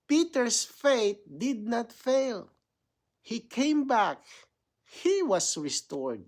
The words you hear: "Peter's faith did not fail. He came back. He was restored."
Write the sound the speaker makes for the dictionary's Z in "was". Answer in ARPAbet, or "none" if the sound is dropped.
S